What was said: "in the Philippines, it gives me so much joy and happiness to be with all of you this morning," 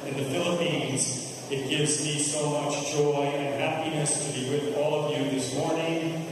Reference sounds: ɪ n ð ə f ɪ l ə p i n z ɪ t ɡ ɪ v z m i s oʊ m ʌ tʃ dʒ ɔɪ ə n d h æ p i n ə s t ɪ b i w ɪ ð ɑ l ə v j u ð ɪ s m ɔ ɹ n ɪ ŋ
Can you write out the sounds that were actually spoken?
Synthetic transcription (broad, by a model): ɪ n ð ə f ɪ l ə p i n z ɪ t ɡ ɪ v z m i s oʊ m ʌ tʃ dʒ ɔɪ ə n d h æ p i n ə s t ɪ b i w ɪ ð ɑ l ə v j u ð ɪ s m ɔ ɹ n ɪ ŋ